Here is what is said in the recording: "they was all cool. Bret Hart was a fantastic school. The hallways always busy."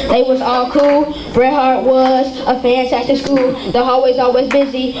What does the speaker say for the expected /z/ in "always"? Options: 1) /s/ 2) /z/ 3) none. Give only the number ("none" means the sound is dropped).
2